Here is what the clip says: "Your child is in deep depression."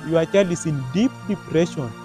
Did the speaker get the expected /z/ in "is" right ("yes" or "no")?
no